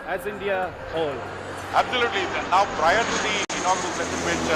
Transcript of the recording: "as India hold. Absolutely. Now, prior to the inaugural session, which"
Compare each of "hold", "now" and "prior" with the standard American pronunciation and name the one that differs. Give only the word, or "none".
hold